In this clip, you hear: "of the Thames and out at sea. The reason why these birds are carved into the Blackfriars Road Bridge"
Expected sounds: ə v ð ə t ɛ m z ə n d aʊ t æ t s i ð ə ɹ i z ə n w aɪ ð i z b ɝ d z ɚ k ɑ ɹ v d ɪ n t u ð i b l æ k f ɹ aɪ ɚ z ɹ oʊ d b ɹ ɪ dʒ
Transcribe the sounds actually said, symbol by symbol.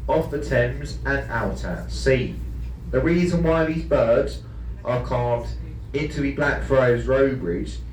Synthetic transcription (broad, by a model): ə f ð ə t ɛ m z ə n aʊ t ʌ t s i ð ə ɹ i z ə n w aɪ ð i z b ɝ d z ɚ k ɑ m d ɪ n t u ð i b l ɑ k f ɹ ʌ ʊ z ɹ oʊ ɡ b ɹ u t